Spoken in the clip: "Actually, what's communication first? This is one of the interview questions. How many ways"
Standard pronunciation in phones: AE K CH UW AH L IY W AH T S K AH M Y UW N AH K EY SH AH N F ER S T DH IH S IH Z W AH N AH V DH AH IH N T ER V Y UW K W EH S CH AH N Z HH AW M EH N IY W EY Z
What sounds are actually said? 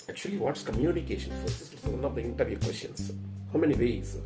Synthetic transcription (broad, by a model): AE K CH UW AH L IY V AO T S K AH M Y UW N AH K EY SH AH N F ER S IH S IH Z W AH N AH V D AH IH N T ER V Y UW K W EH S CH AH N S HH AW M EH N IY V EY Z